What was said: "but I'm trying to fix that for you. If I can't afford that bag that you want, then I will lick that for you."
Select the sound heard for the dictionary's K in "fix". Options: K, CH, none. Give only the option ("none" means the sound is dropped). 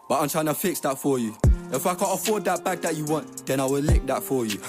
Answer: K